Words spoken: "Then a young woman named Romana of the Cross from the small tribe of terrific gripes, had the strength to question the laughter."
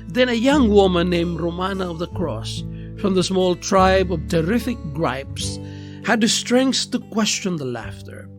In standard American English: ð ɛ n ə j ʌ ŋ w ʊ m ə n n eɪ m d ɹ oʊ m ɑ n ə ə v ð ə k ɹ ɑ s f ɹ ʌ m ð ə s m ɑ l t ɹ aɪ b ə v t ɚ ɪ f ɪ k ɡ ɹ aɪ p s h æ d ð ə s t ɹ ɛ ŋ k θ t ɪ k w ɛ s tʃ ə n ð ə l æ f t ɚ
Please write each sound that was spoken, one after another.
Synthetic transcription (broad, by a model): ð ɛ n ə j ʌ ŋ w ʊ m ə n n eɪ m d ɹ oʊ m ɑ n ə ə v ð ə k ɹ ɑ s f ɹ ʌ m ð ə s m ɑ l t ɹ aɪ b ə v t ɚ ɪ f ɪ k ɡ ɹ aɪ p s h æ d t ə s t ɹ ɛ ŋ k θ t ɪ k w ɛ s tʃ ə n ð ə l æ f t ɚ